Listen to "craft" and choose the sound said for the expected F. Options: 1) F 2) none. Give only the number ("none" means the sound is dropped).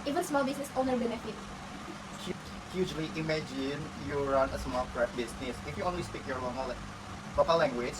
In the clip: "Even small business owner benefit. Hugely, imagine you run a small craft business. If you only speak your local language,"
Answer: 2